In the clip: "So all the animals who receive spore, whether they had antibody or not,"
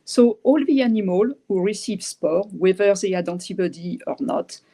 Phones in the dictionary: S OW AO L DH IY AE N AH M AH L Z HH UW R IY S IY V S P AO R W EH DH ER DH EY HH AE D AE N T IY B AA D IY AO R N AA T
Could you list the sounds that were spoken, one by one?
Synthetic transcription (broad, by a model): S OW AO L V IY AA N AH M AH L HH UW R IY S IY V S P AO R W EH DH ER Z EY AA D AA T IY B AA D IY AO R N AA T